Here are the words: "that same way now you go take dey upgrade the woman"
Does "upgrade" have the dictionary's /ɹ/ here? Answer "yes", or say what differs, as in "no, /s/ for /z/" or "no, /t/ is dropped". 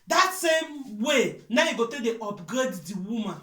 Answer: no, /ɹ/ is dropped